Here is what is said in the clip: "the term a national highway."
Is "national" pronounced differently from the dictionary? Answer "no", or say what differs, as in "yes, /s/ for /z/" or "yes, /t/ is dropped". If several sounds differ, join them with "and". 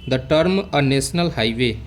yes, /s/ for /ʃ/